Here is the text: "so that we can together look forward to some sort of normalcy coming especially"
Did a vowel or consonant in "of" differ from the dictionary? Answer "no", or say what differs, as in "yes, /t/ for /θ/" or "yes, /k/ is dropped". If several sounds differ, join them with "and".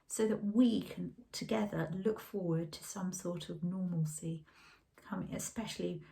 no